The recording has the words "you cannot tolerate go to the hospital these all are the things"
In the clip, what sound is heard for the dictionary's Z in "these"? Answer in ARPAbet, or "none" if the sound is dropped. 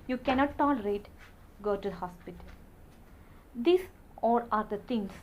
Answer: S